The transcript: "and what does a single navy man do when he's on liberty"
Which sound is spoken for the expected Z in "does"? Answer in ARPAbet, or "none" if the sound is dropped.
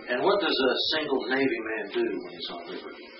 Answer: Z